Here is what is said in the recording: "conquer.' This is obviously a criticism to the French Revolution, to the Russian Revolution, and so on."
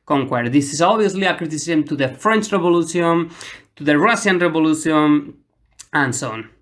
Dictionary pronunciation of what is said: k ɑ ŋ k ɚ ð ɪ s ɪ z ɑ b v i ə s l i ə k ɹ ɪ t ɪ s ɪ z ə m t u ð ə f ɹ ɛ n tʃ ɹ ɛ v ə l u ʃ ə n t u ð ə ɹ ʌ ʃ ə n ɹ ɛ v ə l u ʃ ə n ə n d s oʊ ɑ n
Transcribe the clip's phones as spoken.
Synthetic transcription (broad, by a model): k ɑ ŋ k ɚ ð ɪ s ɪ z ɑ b b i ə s l i ə k ɹ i t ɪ s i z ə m t u ð ə f ɹ ɛ n tʃ ɹ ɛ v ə l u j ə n t u ð ə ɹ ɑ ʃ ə n ɹ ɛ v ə l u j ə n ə n s oʊ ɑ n